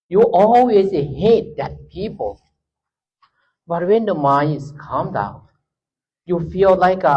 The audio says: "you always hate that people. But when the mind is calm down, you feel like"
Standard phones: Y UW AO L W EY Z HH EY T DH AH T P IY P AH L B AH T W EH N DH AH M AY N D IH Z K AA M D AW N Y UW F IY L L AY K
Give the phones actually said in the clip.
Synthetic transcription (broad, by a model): Y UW AO L W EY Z HH EY T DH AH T P IY P AH L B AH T W EH N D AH M AY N IH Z K AA M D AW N Y UW F IY L L AY K